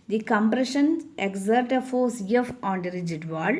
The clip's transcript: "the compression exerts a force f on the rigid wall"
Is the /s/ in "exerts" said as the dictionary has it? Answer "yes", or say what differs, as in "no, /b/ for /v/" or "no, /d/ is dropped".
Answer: no, /s/ is dropped